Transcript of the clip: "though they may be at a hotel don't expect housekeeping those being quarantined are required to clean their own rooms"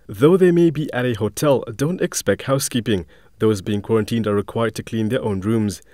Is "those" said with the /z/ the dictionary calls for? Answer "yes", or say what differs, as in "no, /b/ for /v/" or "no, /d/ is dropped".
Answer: yes